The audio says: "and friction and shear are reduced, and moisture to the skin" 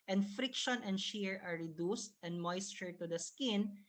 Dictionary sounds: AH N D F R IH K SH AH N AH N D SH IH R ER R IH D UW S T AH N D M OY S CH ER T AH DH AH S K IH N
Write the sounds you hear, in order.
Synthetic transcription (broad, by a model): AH N D F R IH K SH AH N AH N D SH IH R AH R IH D UW S T AH N D M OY S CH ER T AH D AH S K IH N